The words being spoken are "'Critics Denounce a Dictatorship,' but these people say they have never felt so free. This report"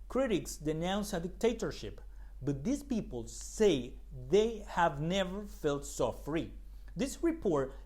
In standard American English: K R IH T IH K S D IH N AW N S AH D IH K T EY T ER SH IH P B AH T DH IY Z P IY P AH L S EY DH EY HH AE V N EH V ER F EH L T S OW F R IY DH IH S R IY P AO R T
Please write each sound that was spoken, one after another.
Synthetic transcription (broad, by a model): K R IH T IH K S D IH N AW N S AH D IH K T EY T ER SH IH P B AH T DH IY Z P IY P AH L S EY DH EY HH AE V N EH V ER F EH L T S OW F R IY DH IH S R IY P AO R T